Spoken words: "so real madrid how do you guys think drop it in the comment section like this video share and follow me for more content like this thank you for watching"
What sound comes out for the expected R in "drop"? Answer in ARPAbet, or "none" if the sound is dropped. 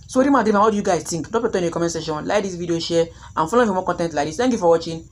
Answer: none